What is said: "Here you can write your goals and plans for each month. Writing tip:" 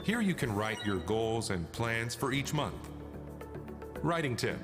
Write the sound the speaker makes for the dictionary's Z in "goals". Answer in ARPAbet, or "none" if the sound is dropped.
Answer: Z